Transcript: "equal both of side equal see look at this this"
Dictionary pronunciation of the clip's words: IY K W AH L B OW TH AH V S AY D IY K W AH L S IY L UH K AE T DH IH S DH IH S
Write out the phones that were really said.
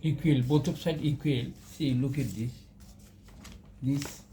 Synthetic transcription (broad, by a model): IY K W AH L B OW T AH P S AY D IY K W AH L S IY L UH K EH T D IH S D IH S